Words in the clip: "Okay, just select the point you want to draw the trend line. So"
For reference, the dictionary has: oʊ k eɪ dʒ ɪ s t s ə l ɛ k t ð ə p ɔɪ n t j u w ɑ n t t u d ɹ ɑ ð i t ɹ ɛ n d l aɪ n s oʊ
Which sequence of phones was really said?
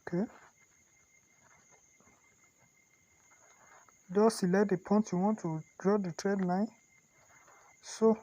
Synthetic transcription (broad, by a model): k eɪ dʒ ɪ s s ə l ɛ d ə p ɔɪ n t j u w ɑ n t t u d ɹ ɑ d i t ɹ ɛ d l aɪ n s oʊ